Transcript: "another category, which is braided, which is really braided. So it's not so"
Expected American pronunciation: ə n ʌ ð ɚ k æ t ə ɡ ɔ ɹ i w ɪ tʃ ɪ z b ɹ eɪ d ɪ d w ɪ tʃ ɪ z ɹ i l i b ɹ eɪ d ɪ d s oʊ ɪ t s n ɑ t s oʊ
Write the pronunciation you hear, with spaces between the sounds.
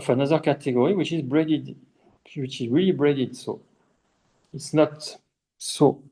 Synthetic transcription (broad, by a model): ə n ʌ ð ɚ k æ t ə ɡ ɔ ɹ i w ɪ tʃ ɪ z b ɹ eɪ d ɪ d w ɪ tʃ ɪ z ɹ i l i b ɹ eɪ d ɪ d s oʊ ɪ t s n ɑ t s oʊ